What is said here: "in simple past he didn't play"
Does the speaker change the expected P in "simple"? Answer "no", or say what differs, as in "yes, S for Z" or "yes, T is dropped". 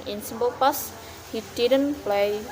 yes, B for P